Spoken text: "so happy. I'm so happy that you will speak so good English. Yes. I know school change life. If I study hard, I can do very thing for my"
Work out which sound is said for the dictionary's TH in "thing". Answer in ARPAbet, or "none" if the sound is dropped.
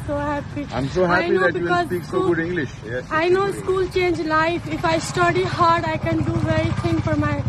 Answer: T